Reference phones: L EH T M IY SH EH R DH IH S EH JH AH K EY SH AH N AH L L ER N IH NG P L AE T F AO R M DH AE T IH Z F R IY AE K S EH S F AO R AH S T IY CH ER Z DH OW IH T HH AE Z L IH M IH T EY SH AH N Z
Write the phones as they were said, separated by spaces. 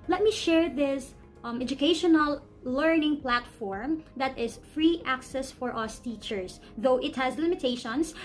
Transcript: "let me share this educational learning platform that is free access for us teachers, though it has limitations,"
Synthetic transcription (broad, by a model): L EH T M IY SH EH R DH IH S EH JH AH K EY SH AH N AH L L ER N IH NG P L AE T F AO R M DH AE T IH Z F R IY AE K S EH S F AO R AH S T IY CH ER S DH OW IH T HH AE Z L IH M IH T EY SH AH N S